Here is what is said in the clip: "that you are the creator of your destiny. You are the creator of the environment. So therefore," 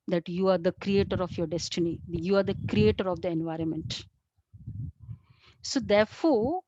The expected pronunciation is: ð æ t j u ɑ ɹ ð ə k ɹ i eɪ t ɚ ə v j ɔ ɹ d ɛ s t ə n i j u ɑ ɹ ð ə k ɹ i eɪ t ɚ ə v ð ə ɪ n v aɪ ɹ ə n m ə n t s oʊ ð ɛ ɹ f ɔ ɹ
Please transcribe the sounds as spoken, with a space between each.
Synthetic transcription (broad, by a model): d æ t j u ɑ ɹ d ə k ɹ i eɪ t ɚ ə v j ɔ ɹ d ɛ s t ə n i j u ɑ ɹ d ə k ɹ i eɪ t ɚ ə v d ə ɪ n v aɪ ɹ ə n m ə n t s oʊ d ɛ ɹ f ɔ ɹ